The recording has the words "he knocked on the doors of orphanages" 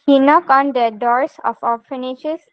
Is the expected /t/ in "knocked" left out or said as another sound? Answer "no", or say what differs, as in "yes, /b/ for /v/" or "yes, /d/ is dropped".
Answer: yes, /t/ is dropped